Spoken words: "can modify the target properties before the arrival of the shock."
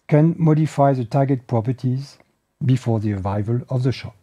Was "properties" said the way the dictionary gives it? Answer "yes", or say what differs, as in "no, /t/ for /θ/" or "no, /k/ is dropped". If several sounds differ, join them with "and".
yes